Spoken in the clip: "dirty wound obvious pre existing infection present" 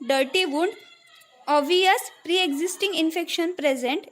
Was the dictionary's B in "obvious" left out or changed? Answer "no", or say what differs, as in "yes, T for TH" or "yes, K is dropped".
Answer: yes, B is dropped